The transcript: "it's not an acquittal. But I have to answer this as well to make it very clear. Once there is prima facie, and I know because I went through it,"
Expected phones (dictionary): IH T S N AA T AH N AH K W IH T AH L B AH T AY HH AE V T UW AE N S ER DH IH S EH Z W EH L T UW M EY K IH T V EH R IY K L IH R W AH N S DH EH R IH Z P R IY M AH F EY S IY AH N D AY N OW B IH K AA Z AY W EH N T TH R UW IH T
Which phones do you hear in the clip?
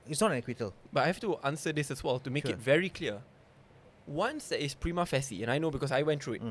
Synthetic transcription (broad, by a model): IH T S N AA T AH N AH K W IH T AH L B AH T AY HH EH F T UW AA N S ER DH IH S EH S W EH L T UW M EY K IH T V EH R IY K L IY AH W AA N S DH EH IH S P R IY M AH F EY S IY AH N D AY N OW B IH K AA S AY W EH N T R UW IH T